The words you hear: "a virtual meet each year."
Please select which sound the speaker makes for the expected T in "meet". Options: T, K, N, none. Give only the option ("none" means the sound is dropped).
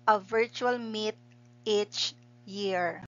T